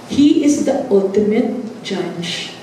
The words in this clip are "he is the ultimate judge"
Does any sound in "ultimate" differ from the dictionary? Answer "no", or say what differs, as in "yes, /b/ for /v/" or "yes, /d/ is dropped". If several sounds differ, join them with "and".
no